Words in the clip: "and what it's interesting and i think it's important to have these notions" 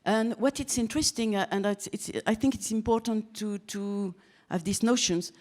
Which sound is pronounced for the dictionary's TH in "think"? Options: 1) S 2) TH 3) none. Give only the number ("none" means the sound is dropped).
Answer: 2